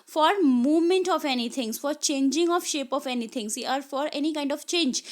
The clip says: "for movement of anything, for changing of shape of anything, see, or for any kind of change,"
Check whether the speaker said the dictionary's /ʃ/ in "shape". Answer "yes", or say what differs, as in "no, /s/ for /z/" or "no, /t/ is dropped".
yes